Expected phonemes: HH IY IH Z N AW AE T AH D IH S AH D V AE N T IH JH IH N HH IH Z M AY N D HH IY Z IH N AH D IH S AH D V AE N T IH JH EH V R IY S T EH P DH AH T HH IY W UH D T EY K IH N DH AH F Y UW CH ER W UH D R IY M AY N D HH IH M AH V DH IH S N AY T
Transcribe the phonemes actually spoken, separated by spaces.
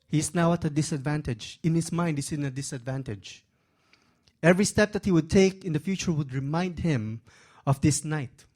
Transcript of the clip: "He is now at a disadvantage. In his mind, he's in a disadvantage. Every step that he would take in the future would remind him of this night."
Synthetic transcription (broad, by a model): HH IY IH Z N AW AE T AH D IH S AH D V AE N T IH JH IH N HH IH S M AY N D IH S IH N AH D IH S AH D V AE N T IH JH EH V R IY S T EH P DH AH T HH IY W UH D T EY K IH N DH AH F Y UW CH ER W UH D R IY M AY N D HH IH M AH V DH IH S N AY T